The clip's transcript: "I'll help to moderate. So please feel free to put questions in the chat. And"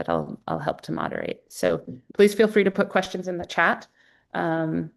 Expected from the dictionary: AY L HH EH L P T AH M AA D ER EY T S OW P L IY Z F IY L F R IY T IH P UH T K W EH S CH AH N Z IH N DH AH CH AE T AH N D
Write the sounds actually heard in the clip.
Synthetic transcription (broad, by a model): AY L HH EH L P T AH M AA D ER EY T S OW P L IY Z F IY L F R IY T IH P UH T K W EH S CH AH N Z IH N DH AH CH AE T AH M